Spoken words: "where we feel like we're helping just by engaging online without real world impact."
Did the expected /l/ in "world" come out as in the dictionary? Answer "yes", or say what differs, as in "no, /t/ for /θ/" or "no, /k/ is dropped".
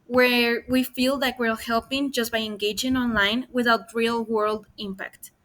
yes